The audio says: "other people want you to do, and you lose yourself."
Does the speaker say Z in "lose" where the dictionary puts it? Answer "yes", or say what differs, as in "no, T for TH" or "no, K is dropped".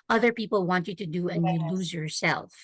yes